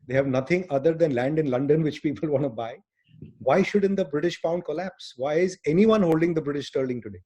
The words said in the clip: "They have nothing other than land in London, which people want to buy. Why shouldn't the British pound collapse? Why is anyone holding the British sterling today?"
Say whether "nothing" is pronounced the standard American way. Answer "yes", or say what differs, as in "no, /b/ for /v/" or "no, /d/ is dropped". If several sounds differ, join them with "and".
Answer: no, /t/ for /θ/